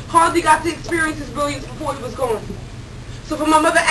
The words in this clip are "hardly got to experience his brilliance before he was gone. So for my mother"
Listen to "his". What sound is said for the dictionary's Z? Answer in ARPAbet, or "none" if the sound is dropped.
Z